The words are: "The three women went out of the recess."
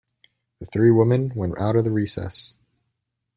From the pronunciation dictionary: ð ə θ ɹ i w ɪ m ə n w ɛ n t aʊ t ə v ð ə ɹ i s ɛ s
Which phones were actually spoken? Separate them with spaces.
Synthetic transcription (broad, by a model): ð ə θ ɹ i w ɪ m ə n w ɛ n t aʊ t ə v ð ə ɹ i s ɛ s